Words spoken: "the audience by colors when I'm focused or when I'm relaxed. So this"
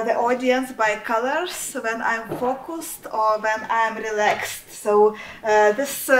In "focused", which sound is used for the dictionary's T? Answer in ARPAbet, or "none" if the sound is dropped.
T